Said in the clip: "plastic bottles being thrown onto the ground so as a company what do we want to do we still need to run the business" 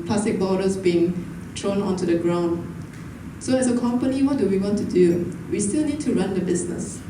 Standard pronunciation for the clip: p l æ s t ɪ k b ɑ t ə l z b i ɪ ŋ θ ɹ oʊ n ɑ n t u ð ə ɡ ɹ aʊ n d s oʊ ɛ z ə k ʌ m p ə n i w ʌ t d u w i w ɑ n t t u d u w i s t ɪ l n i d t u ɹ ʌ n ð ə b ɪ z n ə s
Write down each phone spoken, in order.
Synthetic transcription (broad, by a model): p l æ s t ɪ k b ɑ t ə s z b i ɪ ŋ t ɹ oʊ n ɑ n t u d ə ɡ ɹ aʊ n d s oʊ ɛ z ə k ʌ m p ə n i w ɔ t d u w i w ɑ n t t u d u w i s t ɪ l n i d t u ɹ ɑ n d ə b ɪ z n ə s